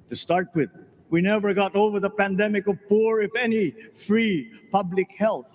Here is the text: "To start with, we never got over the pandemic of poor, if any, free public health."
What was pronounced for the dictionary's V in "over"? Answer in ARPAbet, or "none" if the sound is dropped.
V